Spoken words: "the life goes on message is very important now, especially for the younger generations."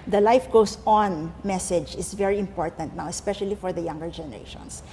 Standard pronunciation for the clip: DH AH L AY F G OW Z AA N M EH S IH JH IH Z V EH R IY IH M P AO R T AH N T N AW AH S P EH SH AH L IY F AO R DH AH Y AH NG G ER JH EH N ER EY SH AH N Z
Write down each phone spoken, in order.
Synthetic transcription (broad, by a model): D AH L AY F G OW S AA N M EH S IH JH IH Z V EH R IY IH M P AO R T AH N T N AW AH S P EH SH AH L IY F AO R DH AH Y AH NG G ER JH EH N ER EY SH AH N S